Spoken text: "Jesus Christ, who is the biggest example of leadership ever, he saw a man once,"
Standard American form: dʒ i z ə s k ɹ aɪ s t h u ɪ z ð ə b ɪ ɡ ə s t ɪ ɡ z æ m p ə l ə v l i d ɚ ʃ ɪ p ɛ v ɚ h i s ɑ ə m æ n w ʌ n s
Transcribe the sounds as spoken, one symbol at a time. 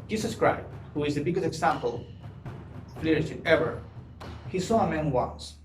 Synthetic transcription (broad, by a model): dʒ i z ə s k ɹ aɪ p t h u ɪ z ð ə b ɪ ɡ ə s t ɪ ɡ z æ m p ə l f l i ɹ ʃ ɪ ɛ v ɚ h i s ɑ ə m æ n w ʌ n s